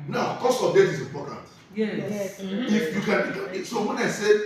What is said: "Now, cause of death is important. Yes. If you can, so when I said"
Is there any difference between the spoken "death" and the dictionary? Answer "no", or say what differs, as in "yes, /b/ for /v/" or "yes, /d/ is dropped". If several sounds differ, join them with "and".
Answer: yes, /s/ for /θ/